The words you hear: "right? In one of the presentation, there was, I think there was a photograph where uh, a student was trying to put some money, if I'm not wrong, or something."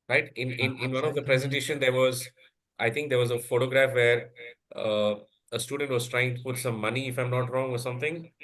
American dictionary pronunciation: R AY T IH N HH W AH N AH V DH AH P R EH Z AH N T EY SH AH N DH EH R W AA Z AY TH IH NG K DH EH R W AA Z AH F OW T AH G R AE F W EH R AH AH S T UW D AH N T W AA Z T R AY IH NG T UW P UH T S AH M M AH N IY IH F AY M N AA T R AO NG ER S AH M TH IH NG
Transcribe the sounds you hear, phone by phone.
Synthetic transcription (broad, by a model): R AY T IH N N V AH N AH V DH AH P R EH Z AH N T EY SH AH N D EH R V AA Z AY T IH NG K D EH R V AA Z AH F OW T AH G R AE F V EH R AH AH S T UW D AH N T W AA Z T R AY IH NG T UW P UH T S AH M M AH N IY IH F AY M N AA T R AO NG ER S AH M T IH NG